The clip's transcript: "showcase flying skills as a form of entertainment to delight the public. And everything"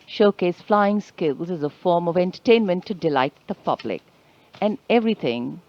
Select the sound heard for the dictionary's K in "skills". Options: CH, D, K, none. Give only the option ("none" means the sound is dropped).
K